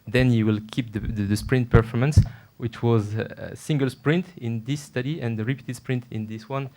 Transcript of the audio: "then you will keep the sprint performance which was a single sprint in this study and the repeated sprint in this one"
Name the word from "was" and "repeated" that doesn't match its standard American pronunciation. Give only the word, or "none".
none